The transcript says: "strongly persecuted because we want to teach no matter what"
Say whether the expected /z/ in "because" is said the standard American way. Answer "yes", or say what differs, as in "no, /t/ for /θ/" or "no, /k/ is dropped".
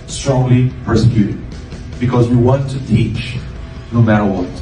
yes